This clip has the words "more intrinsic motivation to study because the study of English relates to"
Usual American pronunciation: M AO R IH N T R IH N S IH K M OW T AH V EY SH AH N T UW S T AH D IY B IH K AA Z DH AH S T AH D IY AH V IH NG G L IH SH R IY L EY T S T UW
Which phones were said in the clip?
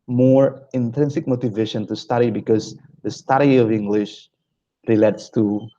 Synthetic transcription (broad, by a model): M AO R IH N T R IH N S IH K M OW T AH V EY SH AH N T UW S T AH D IY B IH K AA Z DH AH S T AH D IY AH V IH NG G L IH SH R IY L EY T S T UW